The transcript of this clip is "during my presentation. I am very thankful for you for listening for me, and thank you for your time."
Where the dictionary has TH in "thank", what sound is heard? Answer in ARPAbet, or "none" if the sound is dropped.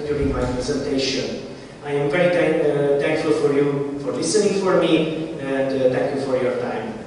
T